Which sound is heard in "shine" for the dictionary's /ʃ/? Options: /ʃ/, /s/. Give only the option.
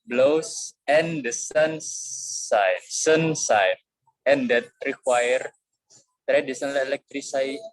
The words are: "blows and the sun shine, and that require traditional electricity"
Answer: /s/